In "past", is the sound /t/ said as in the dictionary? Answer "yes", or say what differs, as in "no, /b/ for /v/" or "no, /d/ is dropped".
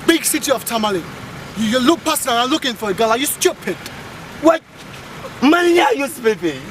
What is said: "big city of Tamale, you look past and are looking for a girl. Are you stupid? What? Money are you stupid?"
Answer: no, /t/ is dropped